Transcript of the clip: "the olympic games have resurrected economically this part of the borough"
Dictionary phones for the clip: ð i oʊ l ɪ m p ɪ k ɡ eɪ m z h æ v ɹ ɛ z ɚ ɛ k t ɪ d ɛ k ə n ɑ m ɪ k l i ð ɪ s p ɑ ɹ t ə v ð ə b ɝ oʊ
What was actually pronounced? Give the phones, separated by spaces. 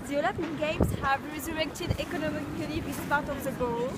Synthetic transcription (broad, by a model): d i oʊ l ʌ p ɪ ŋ ɡ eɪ m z h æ v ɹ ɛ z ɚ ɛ k t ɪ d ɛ k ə n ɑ m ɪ k l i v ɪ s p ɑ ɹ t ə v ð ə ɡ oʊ